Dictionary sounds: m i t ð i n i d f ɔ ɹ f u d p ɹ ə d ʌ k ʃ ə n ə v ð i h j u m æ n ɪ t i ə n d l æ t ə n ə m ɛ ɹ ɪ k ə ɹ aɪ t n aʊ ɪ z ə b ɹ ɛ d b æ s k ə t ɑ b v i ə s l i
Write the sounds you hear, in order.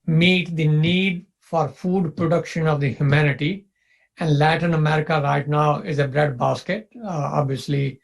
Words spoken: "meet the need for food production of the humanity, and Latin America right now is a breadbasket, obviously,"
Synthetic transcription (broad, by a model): m i t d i n i d f ɔ ɹ f u d p ɹ ə d ʌ k ʃ ə n ə v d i h j u m æ n ɪ t i ə n d l æ t ə n ə m ɛ ɹ ɪ k ə ɹ aɪ t n aʊ ɪ z ə b ɹ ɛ d b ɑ s k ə t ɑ b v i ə s l i